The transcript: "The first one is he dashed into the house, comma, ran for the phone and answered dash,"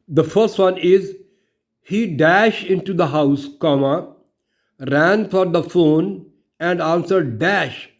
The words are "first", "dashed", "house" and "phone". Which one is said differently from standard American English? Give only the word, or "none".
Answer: none